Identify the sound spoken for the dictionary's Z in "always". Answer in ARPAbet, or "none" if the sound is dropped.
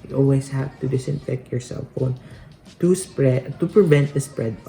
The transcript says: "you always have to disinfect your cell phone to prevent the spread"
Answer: S